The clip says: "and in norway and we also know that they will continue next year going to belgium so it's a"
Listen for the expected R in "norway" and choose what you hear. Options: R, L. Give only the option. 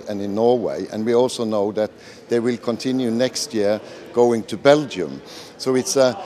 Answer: R